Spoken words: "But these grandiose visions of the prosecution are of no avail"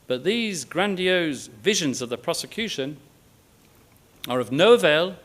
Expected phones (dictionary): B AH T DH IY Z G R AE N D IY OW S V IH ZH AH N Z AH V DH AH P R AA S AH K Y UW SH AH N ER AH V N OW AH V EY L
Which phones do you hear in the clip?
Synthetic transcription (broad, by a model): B AH T DH IY Z G R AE N D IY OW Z V IH ZH AH N Z AH V DH AH P R AA S AH K Y UW SH AH N ER AH V N OW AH V EY L